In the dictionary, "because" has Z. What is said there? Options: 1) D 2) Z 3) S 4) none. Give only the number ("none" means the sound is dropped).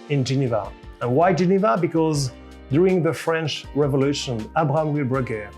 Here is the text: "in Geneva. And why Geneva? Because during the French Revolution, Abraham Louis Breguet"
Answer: 2